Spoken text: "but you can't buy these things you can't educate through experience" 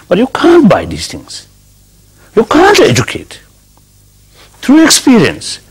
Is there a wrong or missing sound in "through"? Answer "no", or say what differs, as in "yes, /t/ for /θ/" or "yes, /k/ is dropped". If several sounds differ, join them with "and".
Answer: yes, /t/ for /θ/